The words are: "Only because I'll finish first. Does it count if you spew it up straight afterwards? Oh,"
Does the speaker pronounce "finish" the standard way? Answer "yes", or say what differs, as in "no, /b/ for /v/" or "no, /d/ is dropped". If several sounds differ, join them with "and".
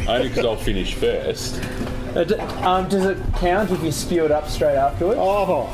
yes